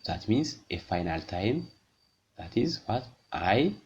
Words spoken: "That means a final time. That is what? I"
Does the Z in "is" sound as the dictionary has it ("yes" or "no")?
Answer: yes